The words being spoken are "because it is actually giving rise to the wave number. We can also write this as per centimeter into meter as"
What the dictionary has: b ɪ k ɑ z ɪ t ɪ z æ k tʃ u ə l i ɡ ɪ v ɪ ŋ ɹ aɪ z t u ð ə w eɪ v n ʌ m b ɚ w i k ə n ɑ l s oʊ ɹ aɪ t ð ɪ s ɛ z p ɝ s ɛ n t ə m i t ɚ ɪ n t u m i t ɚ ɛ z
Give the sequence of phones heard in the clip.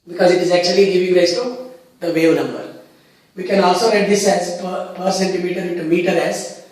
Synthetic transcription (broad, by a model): b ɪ k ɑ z ɪ t ɪ z æ k tʃ u ə l i ɡ ɪ v ɪ ŋ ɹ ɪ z t u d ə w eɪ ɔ n ʌ m b ɚ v i k ə n ɑ l s oʊ ɹ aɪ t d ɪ s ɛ z p ɝ s ɛ n t ə m i t ɚ ɪ n t u m i t ɚ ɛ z